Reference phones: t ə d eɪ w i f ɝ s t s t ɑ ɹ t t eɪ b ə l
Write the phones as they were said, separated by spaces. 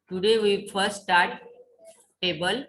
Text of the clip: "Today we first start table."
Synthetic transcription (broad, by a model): t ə d eɪ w i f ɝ t s t ɑ ɹ t t eɪ b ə l